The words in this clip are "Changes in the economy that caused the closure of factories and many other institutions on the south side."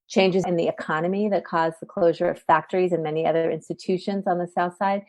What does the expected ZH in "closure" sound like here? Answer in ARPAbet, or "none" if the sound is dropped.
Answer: ZH